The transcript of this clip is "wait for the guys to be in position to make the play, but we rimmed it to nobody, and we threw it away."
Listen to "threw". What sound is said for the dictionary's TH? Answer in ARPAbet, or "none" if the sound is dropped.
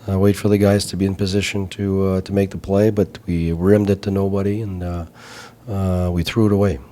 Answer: TH